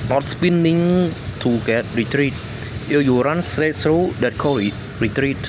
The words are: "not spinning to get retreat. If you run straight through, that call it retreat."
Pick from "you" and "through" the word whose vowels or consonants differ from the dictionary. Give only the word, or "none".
through